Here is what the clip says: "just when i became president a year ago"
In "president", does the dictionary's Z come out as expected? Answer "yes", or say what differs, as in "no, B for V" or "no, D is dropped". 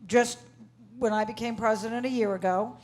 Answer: yes